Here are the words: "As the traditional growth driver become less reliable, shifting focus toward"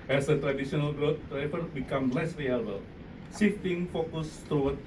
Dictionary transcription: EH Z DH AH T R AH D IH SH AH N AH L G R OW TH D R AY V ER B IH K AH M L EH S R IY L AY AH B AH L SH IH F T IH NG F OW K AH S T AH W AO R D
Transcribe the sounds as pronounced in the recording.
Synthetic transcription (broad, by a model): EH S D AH T R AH D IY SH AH N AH L G R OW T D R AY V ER B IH K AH M L EH S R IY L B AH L S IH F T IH NG F OW K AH S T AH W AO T